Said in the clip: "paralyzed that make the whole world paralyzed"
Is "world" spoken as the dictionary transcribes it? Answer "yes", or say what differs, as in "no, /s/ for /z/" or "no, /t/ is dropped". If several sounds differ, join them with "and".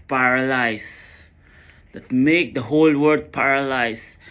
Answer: no, /l/ is dropped